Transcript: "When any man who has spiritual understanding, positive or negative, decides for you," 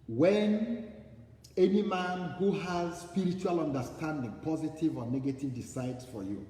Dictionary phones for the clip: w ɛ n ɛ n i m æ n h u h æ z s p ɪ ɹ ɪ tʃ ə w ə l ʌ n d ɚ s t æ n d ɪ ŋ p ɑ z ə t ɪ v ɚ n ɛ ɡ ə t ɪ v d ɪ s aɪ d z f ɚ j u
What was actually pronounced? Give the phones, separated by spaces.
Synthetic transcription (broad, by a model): w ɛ n ɛ n i m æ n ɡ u h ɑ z s p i ɹ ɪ tʃ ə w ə l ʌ n d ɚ s t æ n d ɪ ŋ p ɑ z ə t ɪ v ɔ n ɛ ɡ ə t ɪ v d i s aɪ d s f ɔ j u